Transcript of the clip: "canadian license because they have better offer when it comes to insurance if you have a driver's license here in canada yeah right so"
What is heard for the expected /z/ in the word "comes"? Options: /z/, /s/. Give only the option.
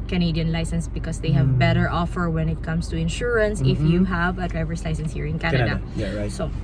/s/